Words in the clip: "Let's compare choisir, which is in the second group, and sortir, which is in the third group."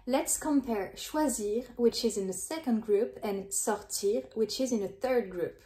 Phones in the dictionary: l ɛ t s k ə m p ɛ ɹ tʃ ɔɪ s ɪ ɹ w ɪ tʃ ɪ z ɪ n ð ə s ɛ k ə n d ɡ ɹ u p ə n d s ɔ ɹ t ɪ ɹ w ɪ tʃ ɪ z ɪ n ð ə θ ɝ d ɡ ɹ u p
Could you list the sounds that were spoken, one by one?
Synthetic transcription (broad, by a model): l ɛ t s k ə m p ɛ ɹ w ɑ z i ɹ w ɪ tʃ ɪ z ɪ n ð ə s ɛ k ə n d ɡ ɹ u p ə n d s ɔ ɹ t ɪ ɹ w ɪ tʃ ɪ z ɪ n ð ə θ ɝ d ɡ ɹ u p